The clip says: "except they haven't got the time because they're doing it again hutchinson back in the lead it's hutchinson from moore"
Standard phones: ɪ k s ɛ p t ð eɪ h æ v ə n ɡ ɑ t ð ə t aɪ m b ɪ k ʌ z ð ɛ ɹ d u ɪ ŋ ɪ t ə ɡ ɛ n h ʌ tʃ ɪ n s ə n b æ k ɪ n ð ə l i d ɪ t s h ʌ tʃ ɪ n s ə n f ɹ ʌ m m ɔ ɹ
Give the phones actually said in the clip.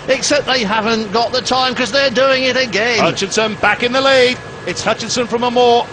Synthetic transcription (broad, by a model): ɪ k s ɛ p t ð eɪ h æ v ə n ɡ ɑ t ð ə t aɪ m k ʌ z ð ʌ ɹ d u ɪ ŋ ɪ t ə ɡ ɛ n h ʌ tʃ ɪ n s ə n b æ k ɪ n ð ə l i d ɪ t s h ʌ tʃ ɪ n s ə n f ɹ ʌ m m ɔ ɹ